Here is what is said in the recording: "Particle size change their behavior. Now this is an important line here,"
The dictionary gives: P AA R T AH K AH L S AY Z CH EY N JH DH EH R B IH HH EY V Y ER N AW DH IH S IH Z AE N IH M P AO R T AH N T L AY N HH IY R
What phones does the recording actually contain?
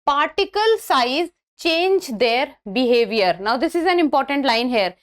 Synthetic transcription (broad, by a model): P AA R T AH K AH L S AY Z CH EY N JH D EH R B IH HH EY V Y ER N AW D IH S IH Z AE N IH M P AO R T AH N T L AY N HH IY R